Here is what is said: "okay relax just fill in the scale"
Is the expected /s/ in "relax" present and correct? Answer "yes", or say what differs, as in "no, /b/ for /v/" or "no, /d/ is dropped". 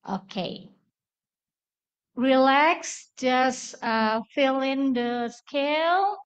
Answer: yes